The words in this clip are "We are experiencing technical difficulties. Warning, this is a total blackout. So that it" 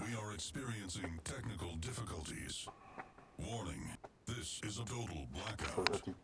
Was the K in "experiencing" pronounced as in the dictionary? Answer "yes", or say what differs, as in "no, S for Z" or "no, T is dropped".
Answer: yes